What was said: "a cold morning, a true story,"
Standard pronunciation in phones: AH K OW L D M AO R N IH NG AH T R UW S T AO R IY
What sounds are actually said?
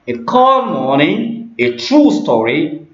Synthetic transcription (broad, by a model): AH K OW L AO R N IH AH T R UW S T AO R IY